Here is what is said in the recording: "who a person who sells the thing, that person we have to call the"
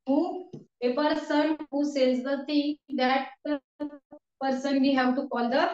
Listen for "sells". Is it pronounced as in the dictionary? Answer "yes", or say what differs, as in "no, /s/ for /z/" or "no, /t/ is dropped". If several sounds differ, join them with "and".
no, /n/ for /l/